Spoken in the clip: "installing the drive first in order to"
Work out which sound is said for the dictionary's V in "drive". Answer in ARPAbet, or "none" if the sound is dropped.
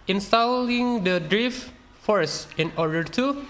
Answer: F